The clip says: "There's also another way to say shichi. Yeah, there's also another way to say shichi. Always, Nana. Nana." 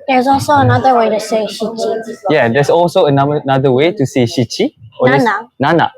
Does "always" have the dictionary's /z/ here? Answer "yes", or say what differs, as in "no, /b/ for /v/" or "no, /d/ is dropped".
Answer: no, /z/ is dropped